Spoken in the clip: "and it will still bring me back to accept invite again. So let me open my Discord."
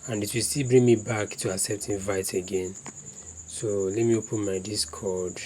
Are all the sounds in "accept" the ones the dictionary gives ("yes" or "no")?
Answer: no